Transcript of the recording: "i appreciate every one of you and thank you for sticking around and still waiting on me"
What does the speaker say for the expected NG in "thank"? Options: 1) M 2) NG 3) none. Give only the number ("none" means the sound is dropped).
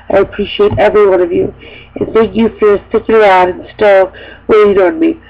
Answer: 2